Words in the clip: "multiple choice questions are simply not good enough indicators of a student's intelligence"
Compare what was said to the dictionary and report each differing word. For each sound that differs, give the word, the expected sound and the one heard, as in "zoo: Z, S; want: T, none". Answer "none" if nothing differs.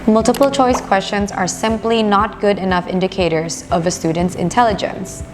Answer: none